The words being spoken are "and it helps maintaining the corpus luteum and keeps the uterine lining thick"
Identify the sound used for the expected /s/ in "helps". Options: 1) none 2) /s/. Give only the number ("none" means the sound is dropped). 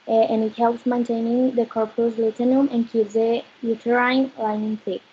2